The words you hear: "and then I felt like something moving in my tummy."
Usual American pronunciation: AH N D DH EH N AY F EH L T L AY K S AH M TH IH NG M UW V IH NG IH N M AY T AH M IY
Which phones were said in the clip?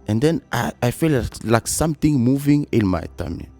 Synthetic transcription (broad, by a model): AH N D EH N AY F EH L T L AY K S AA M T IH NG M UW V IH NG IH L M AY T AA M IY